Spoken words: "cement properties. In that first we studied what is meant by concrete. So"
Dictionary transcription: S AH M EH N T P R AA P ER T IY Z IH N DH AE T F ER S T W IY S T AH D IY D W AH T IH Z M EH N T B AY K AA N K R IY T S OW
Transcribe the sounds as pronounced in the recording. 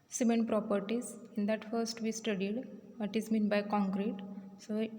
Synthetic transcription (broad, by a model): S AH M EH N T P R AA P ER T IY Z IH N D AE T F ER S T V IY S T AH D IY D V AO T IH Z M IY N B AY K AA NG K R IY T S OW